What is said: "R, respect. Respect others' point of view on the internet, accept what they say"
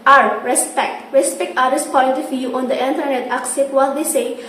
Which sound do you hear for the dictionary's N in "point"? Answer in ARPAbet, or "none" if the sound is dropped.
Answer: L